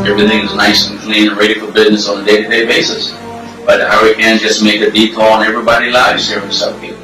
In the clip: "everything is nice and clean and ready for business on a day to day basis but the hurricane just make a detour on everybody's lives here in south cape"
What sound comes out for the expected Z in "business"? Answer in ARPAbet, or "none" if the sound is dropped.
Z